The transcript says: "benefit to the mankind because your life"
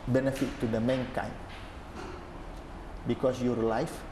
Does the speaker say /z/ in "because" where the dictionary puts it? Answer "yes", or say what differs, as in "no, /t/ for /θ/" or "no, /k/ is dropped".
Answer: no, /s/ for /z/